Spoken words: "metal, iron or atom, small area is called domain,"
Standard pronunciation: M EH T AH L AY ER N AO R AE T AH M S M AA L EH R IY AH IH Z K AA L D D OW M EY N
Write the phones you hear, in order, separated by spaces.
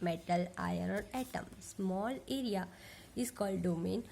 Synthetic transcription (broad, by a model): M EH T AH L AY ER AO R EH T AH M S M AA L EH R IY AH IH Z K AA L D D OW M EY N